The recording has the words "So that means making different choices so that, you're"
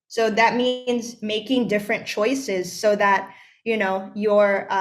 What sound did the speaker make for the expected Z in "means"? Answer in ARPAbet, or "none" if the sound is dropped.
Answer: Z